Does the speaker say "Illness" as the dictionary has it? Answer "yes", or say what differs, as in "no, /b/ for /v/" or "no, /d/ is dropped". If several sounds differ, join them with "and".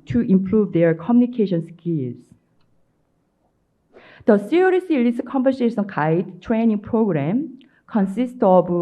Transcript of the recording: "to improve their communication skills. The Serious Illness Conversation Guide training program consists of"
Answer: no, /n/ is dropped